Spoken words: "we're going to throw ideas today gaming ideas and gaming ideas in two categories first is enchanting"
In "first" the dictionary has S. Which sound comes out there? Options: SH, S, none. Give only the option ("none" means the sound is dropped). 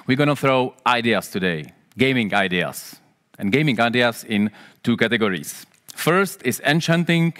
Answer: S